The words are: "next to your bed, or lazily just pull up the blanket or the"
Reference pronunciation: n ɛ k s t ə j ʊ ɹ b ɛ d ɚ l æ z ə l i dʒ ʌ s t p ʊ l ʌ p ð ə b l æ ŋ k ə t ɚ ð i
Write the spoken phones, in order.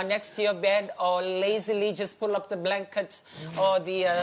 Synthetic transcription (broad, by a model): n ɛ k s t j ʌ b ɛ d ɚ l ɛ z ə l i dʒ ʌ s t p ʊ l ʌ p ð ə b l æ ŋ k ə t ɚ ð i